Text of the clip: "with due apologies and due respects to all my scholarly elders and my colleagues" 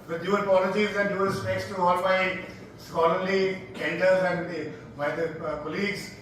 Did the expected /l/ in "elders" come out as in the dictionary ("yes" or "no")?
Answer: no